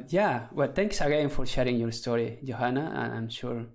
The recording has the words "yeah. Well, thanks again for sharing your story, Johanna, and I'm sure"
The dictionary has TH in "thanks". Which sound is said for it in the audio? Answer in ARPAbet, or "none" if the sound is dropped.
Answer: T